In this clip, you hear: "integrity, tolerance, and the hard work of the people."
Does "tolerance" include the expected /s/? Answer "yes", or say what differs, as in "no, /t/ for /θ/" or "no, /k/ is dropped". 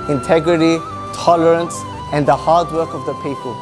yes